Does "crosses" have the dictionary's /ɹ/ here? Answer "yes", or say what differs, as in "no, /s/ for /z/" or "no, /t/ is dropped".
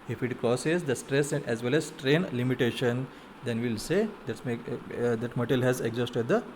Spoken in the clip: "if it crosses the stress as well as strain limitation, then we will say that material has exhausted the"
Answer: no, /ɹ/ is dropped